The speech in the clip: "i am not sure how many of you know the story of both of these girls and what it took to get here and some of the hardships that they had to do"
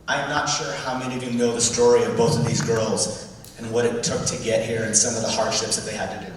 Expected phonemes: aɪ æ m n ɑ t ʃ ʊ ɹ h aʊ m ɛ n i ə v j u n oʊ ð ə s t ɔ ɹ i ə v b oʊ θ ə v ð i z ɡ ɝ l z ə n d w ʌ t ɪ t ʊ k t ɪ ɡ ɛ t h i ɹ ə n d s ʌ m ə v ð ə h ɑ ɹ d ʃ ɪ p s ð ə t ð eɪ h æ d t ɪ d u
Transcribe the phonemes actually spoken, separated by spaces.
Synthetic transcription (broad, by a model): aɪ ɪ m n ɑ t ʃ ʊ ɹ h aʊ m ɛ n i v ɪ n oʊ ð ə s t ɔ ɹ i ə v b oʊ θ ə v ð i z ɡ ɝ l z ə n w ʌ t ɪ t ʊ k t ɪ ɡ ɛ t h i ɹ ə n s ʌ m ə v ð ə h ɑ ɹ d ʃ ɪ p s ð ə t ð eɪ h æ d t ɪ d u